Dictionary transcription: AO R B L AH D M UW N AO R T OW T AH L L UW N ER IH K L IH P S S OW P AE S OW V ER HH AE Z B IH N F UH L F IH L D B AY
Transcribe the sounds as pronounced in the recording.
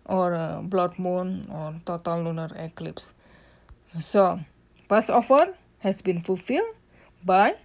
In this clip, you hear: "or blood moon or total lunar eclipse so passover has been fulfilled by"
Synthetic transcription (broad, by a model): AO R B L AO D M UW N AO R T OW T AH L L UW N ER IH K L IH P S S OW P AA S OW F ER HH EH S B IH N F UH L F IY L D B AY